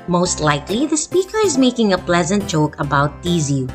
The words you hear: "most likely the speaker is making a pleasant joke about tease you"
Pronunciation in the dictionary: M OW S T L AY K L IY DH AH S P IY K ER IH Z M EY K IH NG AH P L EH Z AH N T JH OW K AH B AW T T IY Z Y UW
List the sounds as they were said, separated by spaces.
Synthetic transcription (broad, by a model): M OW S T L AY K L IY DH AH S P IY K ER IH Z M EY K IH NG AH P L EH Z AH N T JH OW K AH B AW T T IY Z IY